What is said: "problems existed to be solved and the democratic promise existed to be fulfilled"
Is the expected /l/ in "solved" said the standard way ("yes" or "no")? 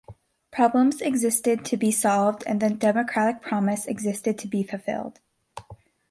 yes